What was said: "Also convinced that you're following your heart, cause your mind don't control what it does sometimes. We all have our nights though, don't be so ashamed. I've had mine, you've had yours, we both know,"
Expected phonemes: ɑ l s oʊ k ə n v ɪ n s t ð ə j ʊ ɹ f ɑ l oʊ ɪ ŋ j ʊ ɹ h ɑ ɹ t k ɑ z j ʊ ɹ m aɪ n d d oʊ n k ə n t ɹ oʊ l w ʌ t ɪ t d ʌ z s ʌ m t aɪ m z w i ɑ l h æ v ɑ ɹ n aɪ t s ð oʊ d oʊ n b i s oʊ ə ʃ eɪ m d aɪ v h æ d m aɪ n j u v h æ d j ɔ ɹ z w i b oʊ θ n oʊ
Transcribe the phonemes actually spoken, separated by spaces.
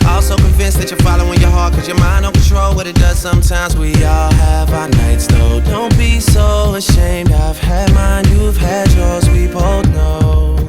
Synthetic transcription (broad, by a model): ɑ l s oʊ k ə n v ɪ n s ð ə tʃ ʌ ɹ f ɑ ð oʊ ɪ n j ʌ ɹ h ɑ ɹ t k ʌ z j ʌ ɹ m aɪ n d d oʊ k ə n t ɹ oʊ l w ʌ t ɪ t d ʌ z s ʌ m t aɪ m z w i ɑ l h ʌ v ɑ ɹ n aɪ t s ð oʊ d oʊ n b i s oʊ ə ʃ eɪ m d aɪ v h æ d m aɪ n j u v h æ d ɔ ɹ z w i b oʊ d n oʊ